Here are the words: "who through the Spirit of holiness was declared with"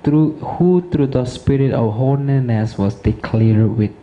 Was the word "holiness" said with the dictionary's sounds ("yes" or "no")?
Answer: no